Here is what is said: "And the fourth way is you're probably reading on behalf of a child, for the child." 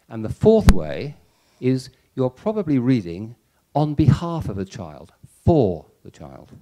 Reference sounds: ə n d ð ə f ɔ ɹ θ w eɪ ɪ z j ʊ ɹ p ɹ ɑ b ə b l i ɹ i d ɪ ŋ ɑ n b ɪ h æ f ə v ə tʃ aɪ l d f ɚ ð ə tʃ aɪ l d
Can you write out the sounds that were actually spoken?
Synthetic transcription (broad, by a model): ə n ð ə f ɔ ɹ θ w eɪ ɪ z j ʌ ɹ p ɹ ɑ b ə b l i ɹ i d ɪ ŋ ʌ n b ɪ h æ f ə v ə tʃ aɪ l d f ɚ ð ə tʃ aɪ l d